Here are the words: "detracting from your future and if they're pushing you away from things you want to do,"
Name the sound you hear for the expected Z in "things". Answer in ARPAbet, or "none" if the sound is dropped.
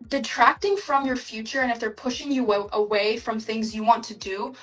Z